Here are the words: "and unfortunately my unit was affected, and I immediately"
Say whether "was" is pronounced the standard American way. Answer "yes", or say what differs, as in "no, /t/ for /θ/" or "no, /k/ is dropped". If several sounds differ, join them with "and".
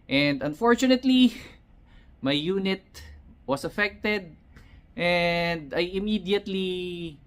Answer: no, /s/ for /z/